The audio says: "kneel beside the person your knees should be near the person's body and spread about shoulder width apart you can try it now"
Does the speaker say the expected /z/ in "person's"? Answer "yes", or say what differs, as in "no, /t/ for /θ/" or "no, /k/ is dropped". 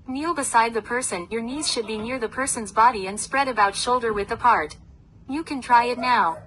yes